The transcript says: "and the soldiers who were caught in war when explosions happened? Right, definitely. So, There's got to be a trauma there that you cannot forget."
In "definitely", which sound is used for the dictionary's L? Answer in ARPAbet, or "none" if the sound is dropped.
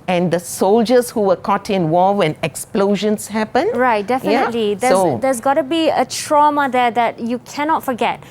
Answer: L